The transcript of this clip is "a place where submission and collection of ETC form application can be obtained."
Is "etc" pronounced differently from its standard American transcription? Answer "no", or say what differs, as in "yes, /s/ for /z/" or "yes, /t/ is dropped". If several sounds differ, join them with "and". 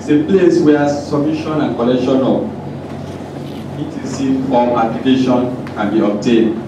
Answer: yes, /s/ is dropped